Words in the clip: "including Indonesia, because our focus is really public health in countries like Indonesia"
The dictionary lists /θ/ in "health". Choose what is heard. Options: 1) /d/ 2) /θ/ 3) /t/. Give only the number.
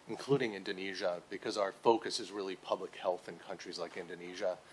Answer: 2